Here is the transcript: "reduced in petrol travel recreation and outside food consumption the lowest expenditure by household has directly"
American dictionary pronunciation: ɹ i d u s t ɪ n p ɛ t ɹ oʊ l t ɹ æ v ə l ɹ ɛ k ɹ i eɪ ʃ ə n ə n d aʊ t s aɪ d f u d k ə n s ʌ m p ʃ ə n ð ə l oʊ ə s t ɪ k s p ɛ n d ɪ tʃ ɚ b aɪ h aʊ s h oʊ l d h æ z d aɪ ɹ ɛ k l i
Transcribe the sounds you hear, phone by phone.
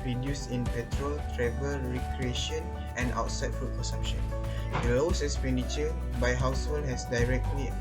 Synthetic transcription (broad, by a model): ɹ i d u s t ɪ n p ɛ t ɹ oʊ l t ɹ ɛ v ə l ɹ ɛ k ɹ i eɪ ʃ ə n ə n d aʊ t s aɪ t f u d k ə n s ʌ m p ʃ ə n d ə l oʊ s ɪ k s p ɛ n d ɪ tʃ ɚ b aɪ h aʊ s h oʊ l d h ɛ s d aɪ ɹ ɛ k l i